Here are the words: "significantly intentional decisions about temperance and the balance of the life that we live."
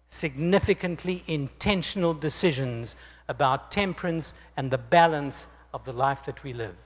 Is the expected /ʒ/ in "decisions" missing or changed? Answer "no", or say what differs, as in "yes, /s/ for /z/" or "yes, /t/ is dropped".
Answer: no